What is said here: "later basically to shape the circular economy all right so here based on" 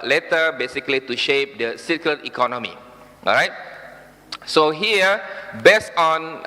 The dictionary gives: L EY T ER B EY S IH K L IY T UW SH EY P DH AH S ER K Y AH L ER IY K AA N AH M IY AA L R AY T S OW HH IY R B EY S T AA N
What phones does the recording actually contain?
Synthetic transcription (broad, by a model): L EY T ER B EY S IH K L IY T UW SH EY P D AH S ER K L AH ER IY K AA N AH M IY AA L R AY T S OW HH IY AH B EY S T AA N